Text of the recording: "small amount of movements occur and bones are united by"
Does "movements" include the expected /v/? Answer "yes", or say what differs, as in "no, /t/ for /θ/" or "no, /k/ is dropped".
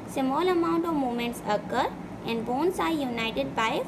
no, /v/ is dropped